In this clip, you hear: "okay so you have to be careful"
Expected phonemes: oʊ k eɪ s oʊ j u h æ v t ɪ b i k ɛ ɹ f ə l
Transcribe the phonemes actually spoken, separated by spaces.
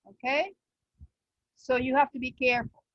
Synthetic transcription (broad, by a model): oʊ k eɪ s oʊ j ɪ h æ f t ɪ b i k ɛ ɹ f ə l